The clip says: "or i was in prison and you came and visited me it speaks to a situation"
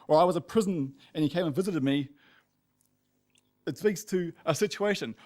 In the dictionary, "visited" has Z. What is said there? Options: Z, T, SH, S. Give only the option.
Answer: Z